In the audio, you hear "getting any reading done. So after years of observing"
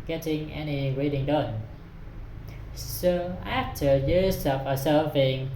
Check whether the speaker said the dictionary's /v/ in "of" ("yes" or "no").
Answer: no